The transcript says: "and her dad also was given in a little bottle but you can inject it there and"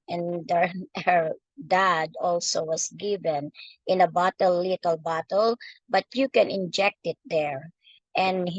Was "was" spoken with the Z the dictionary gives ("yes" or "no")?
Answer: no